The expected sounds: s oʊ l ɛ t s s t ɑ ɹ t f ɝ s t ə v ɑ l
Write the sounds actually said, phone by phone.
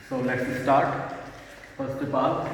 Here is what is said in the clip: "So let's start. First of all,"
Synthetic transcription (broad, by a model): s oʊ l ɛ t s s t ɑ ɹ t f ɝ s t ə p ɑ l